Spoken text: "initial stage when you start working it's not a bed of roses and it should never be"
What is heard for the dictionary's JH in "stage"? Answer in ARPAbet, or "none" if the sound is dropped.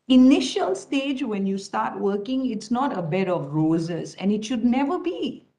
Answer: JH